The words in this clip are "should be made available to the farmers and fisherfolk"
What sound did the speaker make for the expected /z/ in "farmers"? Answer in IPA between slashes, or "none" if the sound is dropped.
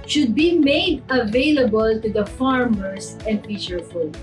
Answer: /s/